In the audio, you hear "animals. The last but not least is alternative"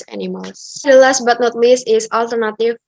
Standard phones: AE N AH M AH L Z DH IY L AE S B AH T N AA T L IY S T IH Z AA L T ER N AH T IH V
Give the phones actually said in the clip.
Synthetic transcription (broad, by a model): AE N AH M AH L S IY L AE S B AH T N AA T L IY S IH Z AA L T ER N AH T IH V